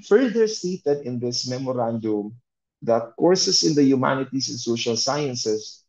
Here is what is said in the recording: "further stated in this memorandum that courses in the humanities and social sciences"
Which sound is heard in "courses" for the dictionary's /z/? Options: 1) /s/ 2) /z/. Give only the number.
1